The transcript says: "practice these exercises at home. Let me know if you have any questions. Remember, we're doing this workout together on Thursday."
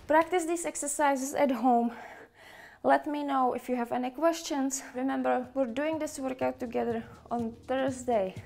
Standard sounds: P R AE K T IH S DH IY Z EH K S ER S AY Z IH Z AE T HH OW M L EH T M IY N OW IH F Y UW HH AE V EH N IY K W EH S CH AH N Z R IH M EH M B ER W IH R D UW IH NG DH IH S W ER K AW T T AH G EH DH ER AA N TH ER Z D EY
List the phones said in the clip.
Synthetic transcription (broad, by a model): P R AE K T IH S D IY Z EH K S ER S AY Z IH S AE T HH OW M L EH T M IY N OW IH F Y UW HH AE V EH N IY K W EH S CH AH N S R IH M EH M B ER W IH R D UW IH NG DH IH S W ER K AW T T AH G EH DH ER AA N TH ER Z D EY